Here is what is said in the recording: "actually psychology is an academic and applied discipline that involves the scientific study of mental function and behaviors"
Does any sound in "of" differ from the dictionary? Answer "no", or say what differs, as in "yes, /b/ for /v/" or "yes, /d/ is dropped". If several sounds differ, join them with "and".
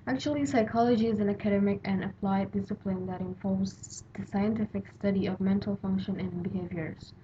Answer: no